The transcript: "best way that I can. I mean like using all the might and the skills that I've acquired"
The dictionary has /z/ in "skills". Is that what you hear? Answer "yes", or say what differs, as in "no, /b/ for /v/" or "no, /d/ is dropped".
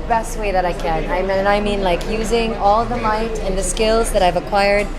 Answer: yes